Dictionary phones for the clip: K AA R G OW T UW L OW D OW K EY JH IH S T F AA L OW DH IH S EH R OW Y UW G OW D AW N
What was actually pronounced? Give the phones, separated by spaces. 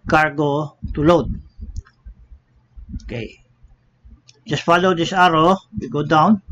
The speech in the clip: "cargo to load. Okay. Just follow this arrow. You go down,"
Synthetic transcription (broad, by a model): K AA R G OW T UW L OW D OW K EY JH IH S T F AA L OW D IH S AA R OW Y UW G OW D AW N